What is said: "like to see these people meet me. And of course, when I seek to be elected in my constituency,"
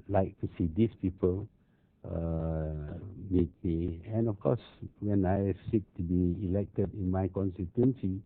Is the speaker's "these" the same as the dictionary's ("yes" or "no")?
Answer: no